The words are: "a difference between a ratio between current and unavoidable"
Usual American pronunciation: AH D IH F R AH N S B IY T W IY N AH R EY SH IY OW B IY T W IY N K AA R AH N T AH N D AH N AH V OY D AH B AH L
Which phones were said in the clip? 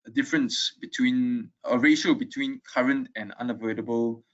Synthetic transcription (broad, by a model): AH D IH F R AH N S B IY T W IY N AH R EY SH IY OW B IY T W IY N K AA R AH N T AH N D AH N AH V OY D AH B AH L